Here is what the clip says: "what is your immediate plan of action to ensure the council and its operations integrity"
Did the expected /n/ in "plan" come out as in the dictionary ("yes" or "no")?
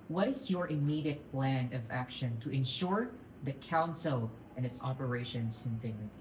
yes